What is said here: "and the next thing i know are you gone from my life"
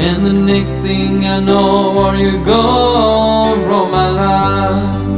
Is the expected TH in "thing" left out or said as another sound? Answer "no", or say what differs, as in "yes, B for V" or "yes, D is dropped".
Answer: no